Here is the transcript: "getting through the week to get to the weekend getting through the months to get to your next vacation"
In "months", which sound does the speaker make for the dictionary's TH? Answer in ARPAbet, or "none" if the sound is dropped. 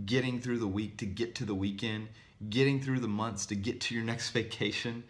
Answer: TH